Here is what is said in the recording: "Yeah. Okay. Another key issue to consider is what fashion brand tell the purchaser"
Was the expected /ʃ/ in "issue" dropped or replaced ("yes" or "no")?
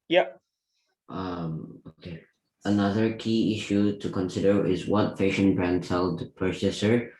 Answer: no